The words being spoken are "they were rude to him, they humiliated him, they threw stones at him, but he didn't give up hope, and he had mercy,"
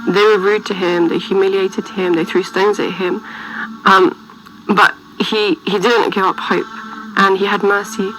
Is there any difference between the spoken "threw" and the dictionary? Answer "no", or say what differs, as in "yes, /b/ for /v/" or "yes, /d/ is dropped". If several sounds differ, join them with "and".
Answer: no